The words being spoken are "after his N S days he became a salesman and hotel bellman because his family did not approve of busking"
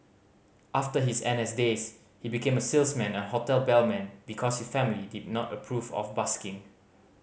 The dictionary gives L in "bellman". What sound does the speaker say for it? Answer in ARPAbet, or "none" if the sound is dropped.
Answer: L